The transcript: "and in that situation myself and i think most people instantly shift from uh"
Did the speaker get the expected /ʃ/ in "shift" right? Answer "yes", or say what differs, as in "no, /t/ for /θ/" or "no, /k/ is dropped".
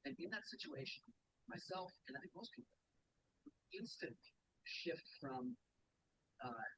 yes